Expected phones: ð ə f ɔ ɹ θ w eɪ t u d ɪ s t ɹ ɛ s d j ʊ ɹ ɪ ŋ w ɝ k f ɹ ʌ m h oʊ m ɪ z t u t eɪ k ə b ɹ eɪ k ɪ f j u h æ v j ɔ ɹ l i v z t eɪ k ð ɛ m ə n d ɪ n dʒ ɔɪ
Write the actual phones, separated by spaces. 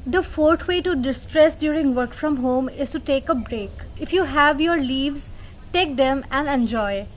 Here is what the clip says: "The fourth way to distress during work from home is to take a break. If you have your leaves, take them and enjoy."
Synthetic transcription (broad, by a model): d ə f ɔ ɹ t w eɪ t u d ɪ s t ɹ ɛ s d j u ɹ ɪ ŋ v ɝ k f ɹ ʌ m h oʊ m ɪ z t u t eɪ k ə b ɹ eɪ k ɪ f j u h æ v j ɔ ɹ l i v z t eɪ k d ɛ m ə n d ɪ n dʒ ɔɪ